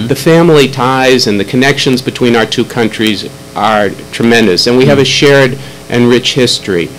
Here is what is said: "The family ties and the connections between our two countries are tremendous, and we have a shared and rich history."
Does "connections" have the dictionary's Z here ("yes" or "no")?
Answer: yes